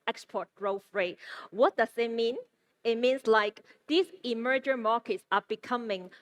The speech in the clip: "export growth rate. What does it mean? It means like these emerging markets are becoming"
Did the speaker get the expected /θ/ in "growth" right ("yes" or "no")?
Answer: no